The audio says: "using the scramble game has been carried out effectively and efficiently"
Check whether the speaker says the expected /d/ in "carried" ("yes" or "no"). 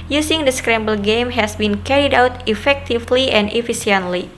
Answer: yes